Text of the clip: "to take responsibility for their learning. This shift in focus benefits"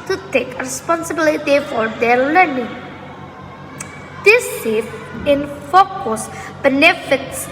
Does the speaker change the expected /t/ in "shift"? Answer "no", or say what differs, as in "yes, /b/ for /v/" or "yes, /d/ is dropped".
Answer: yes, /t/ is dropped